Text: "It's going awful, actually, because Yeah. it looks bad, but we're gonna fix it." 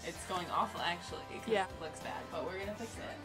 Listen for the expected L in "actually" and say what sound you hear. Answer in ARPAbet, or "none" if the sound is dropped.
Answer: none